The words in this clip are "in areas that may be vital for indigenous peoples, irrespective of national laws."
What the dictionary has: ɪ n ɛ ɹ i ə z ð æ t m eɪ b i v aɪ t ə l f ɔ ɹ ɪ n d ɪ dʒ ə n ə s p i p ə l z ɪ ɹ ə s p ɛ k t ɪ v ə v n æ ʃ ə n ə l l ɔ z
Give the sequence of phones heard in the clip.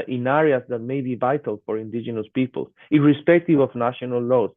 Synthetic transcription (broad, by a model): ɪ n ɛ ɹ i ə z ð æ t m eɪ b i v aɪ t ə l f ɔ ɹ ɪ n d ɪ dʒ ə n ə s p i p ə l ɪ ɹ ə s p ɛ k t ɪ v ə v n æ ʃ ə n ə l l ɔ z